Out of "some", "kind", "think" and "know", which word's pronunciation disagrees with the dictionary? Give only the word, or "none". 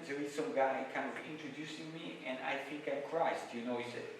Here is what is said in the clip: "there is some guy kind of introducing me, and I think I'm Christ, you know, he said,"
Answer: none